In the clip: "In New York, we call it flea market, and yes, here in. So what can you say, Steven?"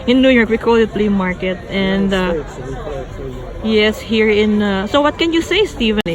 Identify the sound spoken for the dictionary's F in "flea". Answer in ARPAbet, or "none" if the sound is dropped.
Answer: P